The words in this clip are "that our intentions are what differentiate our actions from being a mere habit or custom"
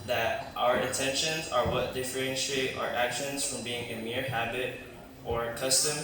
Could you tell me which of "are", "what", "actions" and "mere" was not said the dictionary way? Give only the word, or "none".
none